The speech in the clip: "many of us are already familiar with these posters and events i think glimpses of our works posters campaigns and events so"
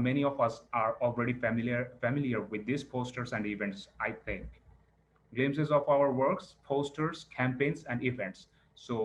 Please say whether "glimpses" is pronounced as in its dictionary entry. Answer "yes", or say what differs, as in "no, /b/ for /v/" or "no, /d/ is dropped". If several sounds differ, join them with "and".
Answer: no, /p/ is dropped